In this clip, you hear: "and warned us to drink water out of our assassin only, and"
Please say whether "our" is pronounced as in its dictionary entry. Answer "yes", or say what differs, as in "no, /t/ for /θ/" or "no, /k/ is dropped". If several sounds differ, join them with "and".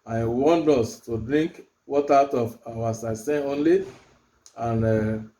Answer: no, /w/ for /ɹ/